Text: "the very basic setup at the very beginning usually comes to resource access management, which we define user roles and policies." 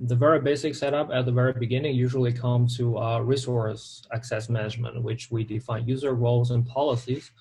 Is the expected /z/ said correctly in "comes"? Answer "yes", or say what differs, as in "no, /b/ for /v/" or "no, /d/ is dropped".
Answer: no, /z/ is dropped